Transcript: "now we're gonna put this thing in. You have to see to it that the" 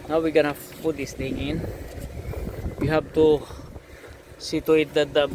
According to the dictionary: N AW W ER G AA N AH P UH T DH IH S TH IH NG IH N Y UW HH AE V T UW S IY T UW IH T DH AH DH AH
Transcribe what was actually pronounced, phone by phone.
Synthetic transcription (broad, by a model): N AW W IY G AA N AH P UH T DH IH S T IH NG IH N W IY HH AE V T UW S IY T UW IH T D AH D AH